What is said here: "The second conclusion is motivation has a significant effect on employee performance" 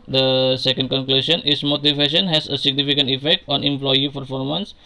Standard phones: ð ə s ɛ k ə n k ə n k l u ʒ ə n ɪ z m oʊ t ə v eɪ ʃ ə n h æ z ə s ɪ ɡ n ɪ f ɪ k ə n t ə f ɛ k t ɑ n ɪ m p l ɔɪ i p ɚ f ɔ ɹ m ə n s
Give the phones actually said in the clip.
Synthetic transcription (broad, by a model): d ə s ɛ k ə n k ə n k l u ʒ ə n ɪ s m oʊ t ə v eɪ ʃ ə n h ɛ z ə s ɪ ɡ n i f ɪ k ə n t ə f ɛ k t ɑ n ɪ m p l ɔɪ i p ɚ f ɔ ɹ m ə n s